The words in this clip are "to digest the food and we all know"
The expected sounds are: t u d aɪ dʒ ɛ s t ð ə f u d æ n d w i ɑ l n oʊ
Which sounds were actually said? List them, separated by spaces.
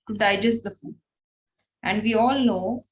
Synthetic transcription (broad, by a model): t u d aɪ dʒ ɛ s t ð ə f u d æ n d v i ɑ l n oʊ